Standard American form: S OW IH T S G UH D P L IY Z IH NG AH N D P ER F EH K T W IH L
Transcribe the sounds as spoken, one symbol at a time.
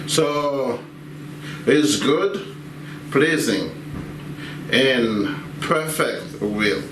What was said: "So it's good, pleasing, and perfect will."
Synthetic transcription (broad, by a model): S OW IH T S G UH D P L IY Z IH NG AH N P ER F EH K T W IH L